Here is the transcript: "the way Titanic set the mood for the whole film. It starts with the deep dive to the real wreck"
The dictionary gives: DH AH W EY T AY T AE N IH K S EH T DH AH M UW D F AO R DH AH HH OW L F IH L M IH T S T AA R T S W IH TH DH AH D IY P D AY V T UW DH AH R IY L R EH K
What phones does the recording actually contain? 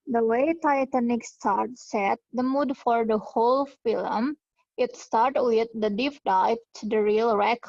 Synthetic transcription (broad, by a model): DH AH W EY T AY T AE N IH K S EH T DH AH M UW D F AO R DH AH HH OW L F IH L M IH T S T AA R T W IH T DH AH D IY P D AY P T UW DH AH R IY L R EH K